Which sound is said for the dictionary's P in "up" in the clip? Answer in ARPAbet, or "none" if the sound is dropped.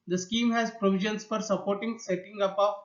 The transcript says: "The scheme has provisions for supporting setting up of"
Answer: B